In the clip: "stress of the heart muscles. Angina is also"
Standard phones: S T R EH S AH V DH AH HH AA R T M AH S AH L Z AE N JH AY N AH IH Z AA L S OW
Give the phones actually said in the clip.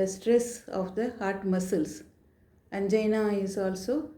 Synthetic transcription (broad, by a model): S T R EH S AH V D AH HH AA R T M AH S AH L S AE N JH AY N AH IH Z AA L S OW